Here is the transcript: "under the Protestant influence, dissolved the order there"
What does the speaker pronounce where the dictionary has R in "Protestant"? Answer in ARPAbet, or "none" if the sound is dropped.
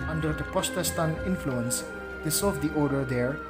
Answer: none